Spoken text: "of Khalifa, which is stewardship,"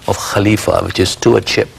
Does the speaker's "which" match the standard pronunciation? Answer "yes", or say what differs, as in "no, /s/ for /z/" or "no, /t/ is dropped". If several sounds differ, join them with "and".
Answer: yes